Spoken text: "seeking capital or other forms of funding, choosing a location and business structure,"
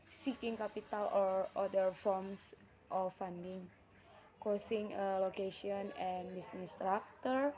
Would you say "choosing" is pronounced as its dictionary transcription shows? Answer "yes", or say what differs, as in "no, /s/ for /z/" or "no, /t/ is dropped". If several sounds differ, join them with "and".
no, /s/ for /z/